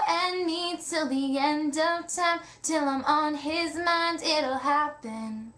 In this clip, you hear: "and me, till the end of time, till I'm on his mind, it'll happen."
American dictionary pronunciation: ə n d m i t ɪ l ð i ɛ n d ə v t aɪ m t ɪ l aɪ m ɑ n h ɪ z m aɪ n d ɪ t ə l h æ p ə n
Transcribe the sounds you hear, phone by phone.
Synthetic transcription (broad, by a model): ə n m i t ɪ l ð i ɛ n d ə v t aɪ m t ɪ l aɪ m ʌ n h ɪ z m aɪ n d ɪ t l h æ p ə n